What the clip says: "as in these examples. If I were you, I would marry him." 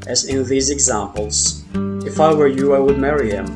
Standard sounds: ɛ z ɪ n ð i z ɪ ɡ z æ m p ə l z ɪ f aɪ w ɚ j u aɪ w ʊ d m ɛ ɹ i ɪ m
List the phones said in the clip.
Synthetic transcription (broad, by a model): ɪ z ɪ n ð i z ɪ ɡ z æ m p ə l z ɪ f aɪ w ɚ j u aɪ w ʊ d m ɛ ɹ i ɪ m